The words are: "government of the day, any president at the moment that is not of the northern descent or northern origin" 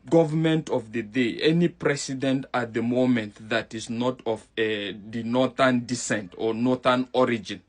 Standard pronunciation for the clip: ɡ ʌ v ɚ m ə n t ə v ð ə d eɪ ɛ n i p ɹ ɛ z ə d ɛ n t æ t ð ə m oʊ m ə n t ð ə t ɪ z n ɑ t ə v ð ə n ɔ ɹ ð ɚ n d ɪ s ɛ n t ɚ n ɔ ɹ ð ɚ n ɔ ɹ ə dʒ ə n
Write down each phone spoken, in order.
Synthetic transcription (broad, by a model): ɡ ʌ v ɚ m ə n t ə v ð ə d eɪ ɛ n i p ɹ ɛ s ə d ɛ n t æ t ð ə m oʊ m ə n t ð ə t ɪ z n ɑ t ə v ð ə n ɔ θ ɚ n d ɪ s ɛ n t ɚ n ɔ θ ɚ n ɔ ɹ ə dʒ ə n